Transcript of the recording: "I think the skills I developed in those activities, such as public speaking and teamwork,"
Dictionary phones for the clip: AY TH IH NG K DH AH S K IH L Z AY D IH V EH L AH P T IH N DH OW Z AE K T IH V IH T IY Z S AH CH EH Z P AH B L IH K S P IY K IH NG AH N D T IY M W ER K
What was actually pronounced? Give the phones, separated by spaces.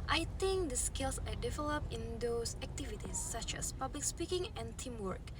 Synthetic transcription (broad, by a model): AY T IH NG K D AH S K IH L S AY D IH V EH L AH P T IH N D OW S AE K T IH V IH T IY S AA CH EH S P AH B L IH K S P IY K IH NG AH N T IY M W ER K